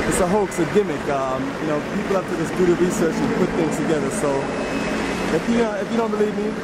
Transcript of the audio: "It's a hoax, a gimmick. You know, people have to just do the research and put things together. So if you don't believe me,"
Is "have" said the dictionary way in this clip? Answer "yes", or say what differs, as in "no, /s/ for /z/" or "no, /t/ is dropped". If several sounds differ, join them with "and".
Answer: no, /f/ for /v/